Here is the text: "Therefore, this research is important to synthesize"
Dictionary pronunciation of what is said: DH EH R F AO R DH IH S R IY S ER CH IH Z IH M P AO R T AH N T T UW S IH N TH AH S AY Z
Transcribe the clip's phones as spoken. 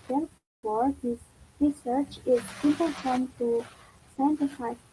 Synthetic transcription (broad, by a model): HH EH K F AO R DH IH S R IY S ER CH IH Z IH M P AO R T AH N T T UW S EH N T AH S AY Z